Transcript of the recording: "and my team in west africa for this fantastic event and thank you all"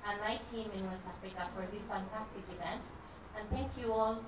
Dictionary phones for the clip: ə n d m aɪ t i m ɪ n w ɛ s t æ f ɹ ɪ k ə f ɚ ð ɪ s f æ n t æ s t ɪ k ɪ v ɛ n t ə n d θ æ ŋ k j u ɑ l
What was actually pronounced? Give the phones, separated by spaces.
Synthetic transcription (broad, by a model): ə n m aɪ t i m ɪ n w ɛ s æ f ɹ ɪ k ə f ɚ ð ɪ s f æ n t æ s t ɪ k ɪ v ɛ n t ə n θ æ ŋ k j u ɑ l